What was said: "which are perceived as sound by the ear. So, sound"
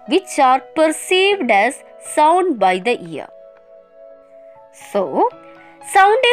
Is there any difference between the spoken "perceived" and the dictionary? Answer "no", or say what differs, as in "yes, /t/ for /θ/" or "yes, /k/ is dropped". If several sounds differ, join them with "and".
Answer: no